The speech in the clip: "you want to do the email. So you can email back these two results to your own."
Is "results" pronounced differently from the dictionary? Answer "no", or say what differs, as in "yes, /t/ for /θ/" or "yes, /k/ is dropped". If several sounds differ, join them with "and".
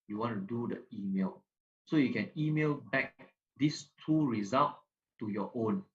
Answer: yes, /s/ is dropped